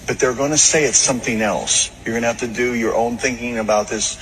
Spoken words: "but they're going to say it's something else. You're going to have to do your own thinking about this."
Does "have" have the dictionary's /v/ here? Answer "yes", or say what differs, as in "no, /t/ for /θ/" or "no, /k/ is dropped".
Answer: no, /f/ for /v/